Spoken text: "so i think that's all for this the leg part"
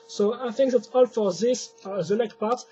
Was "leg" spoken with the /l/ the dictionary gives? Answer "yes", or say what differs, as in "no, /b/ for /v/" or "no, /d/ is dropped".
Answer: no, /n/ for /l/